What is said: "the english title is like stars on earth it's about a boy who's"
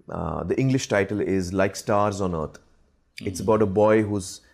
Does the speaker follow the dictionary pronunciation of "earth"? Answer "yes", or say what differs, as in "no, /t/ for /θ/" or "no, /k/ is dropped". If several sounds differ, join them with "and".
no, /t/ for /θ/